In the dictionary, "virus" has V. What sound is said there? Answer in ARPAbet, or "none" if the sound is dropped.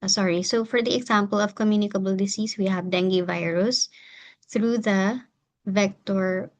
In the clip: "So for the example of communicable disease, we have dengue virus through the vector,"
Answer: V